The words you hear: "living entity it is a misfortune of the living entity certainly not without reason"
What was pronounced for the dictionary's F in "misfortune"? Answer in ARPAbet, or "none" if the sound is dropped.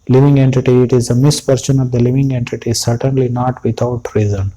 P